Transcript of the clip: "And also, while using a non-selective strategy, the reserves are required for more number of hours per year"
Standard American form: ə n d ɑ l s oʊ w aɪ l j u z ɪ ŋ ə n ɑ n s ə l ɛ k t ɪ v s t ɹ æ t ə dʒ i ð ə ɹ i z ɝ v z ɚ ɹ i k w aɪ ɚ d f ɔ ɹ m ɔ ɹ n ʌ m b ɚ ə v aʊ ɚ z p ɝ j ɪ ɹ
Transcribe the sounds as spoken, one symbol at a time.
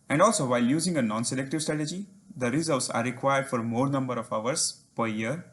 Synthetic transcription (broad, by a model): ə n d ɑ l s oʊ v aɪ l j u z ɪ ŋ ə n ɑ n s ə l ɛ k t ɪ v s t ɹ æ t ə dʒ i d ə ɹ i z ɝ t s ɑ ɹ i k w aɪ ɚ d f ɔ ɹ m ɔ ɹ n ʌ m b ɚ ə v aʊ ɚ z p ɝ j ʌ ɹ